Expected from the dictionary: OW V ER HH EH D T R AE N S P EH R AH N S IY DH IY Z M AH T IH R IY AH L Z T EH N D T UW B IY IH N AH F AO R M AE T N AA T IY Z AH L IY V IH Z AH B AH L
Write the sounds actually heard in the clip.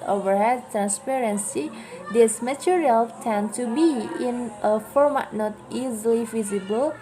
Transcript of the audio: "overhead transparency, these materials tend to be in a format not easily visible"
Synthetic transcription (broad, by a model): OW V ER HH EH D T R AE N S P EH R AH N S IY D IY S M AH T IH R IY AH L T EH N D T UW B IY IH N AH F AO R M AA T N AA T IY Z AH L IY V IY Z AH B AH L